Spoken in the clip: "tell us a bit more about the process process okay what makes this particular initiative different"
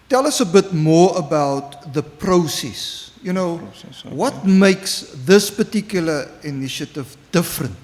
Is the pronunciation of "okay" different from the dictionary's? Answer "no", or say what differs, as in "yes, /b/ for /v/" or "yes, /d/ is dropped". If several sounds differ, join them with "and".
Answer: yes, /k/ is dropped